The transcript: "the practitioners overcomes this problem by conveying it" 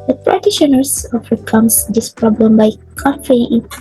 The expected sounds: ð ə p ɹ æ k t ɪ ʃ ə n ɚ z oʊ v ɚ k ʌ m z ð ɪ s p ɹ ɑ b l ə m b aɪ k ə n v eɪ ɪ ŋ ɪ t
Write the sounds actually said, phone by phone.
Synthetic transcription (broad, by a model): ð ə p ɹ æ t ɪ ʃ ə n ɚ s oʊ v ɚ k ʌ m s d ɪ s p ɹ ɑ b l ə m b aɪ k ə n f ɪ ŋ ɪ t